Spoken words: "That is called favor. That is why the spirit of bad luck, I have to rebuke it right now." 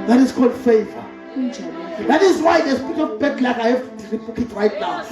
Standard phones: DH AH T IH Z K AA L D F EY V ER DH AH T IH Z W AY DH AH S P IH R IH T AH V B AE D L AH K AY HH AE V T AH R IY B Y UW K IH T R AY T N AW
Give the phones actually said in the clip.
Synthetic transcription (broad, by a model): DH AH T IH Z K AA L D F EY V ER DH AH T IH Z W AY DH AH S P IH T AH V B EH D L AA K AY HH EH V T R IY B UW K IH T W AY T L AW